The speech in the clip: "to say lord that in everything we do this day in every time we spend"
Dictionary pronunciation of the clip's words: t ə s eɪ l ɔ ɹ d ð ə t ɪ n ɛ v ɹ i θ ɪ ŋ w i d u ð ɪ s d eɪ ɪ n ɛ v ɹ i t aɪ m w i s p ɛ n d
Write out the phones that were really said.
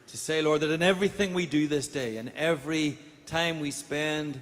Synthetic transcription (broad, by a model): t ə s eɪ l ɔ ɹ d ð ə t ɪ n ɛ v ɹ i θ ɪ ŋ w i d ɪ ð ɪ s d eɪ ɪ n ɛ v ɹ i t aɪ m w i s p ɛ n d